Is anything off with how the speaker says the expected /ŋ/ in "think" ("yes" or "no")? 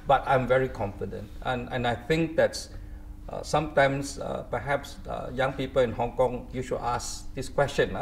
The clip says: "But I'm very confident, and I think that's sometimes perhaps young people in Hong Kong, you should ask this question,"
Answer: no